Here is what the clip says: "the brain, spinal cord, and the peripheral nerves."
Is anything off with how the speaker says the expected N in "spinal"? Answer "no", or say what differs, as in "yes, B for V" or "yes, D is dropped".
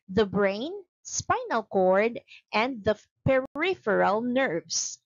no